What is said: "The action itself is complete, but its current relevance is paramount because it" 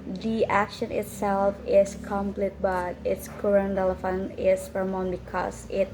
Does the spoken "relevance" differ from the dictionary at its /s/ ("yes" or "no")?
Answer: yes